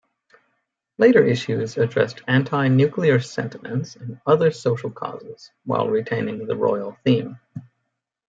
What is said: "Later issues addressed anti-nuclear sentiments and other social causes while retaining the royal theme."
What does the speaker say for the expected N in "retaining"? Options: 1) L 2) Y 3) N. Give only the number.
3